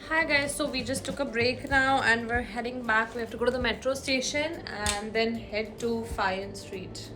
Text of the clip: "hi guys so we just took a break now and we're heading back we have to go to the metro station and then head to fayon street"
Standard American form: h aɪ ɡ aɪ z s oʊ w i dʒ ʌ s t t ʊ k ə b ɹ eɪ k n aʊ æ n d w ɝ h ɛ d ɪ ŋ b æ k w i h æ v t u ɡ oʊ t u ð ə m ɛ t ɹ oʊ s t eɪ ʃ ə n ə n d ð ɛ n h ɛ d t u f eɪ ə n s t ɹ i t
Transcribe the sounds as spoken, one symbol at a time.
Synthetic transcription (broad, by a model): h aɪ ɡ aɪ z s oʊ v i dʒ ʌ s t t ʊ k ə b ɹ eɪ k n aʊ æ n d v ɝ h ɛ d ɪ ŋ b æ k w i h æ f t u ɡ oʊ t u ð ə m ɛ t ɹ oʊ s t eɪ ʃ ə n ə n d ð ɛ n h ɛ d t u f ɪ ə n s t ɹ i t